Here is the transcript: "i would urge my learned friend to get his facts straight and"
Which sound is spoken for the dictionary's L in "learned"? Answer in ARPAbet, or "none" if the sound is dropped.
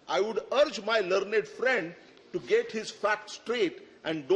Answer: L